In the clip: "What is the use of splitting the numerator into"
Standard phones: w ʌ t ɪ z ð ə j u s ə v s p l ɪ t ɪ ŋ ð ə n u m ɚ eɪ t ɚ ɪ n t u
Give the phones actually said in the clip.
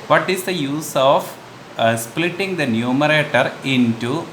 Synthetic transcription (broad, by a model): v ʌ t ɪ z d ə j u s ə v s p l ɪ t ɪ ŋ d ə n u m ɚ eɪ t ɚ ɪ n t u